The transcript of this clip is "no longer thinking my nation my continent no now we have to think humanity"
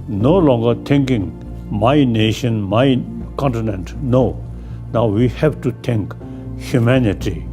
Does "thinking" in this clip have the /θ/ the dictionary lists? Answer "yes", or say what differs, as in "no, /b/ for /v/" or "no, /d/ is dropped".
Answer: no, /t/ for /θ/